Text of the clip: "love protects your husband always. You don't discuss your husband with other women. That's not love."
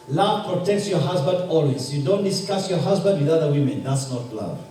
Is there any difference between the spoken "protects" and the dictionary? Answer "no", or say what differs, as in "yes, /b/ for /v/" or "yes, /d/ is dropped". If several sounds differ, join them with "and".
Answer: no